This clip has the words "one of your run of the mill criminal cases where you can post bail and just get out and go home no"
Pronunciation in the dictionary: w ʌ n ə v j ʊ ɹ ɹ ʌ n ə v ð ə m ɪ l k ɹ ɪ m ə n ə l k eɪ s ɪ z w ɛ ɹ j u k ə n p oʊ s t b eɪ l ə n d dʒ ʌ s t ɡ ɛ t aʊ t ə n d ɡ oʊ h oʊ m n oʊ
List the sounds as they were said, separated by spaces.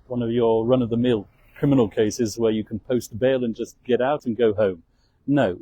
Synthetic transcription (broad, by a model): w ʌ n ə v j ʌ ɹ ɹ ʌ n ə v ð ə m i l k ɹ ɪ m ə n l k eɪ s ɪ z w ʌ ɹ j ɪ k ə n p oʊ s t b eɪ l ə n dʒ ʌ s ɡ ɛ t aʊ t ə n ɡ oʊ h oʊ m n oʊ